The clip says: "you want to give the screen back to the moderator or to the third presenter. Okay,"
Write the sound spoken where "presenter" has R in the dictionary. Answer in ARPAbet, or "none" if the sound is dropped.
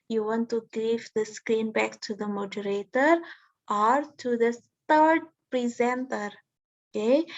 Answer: R